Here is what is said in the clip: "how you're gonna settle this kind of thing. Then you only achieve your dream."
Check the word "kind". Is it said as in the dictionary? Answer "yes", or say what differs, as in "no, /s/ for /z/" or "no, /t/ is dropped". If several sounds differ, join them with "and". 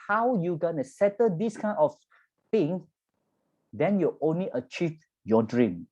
no, /d/ is dropped